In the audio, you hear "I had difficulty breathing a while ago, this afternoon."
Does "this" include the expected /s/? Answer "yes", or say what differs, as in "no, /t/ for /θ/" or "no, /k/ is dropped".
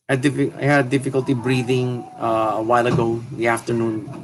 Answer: no, /s/ is dropped